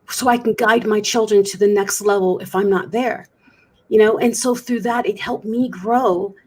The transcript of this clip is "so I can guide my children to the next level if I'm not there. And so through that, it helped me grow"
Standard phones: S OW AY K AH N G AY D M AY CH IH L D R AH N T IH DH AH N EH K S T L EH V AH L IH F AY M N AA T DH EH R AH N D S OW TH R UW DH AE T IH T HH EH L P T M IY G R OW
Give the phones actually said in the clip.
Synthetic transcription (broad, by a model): S OW AY K N G AY D M AY CH IH L D R AH N T IH DH AH N EH K S T L EH V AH L IH F AY M N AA T DH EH R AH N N S OW TH R UW DH AE T IH T HH EH L P M IY G R OW